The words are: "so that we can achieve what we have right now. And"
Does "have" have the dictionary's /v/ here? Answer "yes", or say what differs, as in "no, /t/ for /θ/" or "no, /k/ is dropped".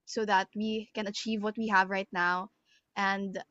yes